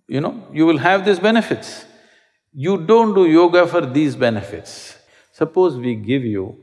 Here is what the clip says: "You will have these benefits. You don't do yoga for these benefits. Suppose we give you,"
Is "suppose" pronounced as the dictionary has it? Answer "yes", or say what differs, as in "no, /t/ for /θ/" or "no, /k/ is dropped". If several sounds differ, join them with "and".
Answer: yes